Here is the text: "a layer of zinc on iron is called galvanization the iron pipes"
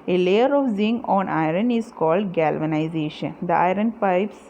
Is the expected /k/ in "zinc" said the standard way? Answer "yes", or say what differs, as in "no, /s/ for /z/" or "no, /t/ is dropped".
no, /k/ is dropped